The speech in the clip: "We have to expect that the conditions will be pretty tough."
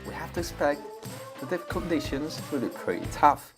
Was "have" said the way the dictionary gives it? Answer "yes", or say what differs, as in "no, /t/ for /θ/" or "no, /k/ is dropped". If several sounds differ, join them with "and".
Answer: no, /f/ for /v/